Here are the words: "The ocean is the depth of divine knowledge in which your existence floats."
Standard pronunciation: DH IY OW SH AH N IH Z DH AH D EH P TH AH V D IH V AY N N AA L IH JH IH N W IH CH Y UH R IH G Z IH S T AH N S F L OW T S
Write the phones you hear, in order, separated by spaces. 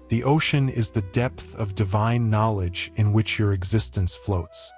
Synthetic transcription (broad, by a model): DH IY OW SH AH N IH Z DH AH D EH P TH AH V D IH V AY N N AA L IH JH IH N W IH CH Y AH R IH G Z IH S T AH N S F L OW T S